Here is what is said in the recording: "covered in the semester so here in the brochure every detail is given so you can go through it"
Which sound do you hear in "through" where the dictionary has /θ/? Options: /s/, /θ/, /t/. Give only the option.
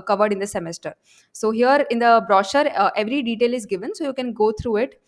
/t/